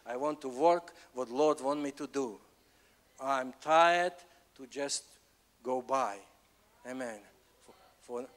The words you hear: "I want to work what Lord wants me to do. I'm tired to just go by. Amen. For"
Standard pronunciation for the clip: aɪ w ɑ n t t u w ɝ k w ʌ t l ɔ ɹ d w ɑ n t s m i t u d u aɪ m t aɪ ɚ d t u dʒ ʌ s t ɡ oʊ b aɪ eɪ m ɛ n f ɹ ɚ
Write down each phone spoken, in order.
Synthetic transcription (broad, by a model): aɪ w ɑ n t t u w ɝ k w ʌ t l ɔ ɹ d w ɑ n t m i t u d u aɪ m t aɪ ɚ d t u dʒ ʌ s t ɡ oʊ b aɪ eɪ m ɛ n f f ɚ